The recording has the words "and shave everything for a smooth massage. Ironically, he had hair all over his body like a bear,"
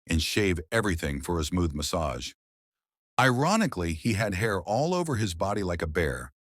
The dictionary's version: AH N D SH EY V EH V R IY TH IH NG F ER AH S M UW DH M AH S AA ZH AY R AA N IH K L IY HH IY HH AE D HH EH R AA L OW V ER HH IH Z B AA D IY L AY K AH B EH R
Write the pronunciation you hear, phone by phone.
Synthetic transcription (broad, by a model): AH N SH EY V EH V R IY TH IH NG F ER AH S M UW DH M AH S AA ZH AY R AA N IH K L IY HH IY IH D HH EH R AA L OW V ER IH Z B AA D IY L AY K AH B EH R